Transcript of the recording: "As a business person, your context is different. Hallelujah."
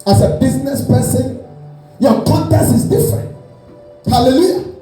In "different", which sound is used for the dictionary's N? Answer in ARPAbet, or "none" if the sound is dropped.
N